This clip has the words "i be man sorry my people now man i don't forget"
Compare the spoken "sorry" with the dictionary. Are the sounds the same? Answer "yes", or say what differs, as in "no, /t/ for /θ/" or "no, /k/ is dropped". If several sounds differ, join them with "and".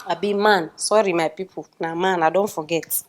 yes